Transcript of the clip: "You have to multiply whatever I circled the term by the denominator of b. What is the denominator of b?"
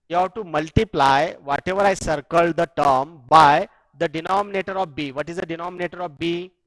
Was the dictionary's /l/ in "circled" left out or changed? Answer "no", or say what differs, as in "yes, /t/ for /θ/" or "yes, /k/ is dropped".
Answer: no